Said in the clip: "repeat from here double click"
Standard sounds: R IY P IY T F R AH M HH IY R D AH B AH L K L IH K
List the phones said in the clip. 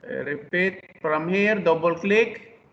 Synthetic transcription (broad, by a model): R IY P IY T P R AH M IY R D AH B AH L K L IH K